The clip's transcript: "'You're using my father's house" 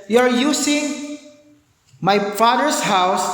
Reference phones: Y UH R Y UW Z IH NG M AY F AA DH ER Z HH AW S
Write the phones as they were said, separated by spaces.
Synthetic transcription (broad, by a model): Y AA R Y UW S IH NG M AY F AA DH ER S HH AW S